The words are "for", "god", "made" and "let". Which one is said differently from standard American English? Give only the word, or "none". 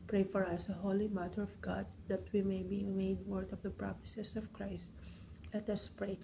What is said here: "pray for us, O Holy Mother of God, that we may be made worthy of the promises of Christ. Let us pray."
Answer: none